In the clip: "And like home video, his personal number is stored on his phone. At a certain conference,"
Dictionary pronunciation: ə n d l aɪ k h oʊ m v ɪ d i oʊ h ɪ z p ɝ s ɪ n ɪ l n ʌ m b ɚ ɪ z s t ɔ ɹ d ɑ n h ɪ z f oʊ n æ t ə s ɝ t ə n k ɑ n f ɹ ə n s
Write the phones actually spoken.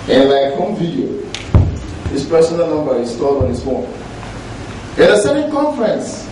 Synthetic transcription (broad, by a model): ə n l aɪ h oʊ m v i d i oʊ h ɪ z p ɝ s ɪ n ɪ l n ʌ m b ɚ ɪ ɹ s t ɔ l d ɑ n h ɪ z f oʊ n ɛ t ə s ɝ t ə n k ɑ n f ɹ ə n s